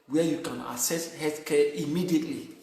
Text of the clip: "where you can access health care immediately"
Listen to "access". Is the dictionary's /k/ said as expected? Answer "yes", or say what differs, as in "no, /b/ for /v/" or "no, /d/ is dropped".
no, /k/ is dropped